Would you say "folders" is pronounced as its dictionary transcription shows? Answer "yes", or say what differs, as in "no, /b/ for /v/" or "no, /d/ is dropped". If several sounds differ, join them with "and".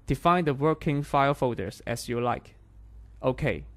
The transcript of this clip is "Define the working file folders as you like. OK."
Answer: no, /l/ is dropped